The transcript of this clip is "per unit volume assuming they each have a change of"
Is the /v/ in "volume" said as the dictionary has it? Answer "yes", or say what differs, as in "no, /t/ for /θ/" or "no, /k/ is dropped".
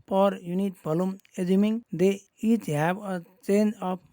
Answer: no, /b/ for /v/